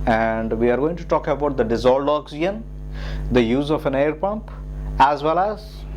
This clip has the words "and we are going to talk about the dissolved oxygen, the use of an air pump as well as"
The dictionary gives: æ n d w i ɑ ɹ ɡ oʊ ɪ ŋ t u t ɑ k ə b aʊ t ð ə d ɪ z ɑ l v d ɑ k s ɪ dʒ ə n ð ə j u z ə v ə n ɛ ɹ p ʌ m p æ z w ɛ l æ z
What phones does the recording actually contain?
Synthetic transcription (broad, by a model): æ n d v i ɑ ɹ ɡ oʊ ɪ ŋ t u t ɑ k ə b aʊ t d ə d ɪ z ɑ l d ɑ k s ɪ ə n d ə j u z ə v ə n ɛ ɹ p ʌ m p æ z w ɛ l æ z